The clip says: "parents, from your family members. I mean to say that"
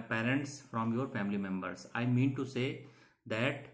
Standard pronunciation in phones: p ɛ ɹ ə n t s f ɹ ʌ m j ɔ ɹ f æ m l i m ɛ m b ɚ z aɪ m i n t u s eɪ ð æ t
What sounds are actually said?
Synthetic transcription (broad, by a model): p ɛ ɹ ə n t s f ɹ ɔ m j ɔ ɹ f æ m l i m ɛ m b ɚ s aɪ m i n t u s eɪ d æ t